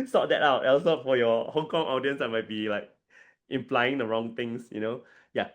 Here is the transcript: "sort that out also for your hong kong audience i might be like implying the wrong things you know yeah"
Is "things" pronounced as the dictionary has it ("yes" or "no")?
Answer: no